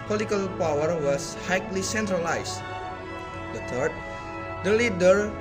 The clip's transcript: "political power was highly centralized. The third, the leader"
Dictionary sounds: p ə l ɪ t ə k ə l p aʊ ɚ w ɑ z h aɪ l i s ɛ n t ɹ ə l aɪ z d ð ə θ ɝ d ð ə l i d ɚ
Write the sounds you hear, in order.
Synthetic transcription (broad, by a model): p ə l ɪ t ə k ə l p aʊ ɚ w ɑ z h aɪ l i s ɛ n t ɹ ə l aɪ s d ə t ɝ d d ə l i d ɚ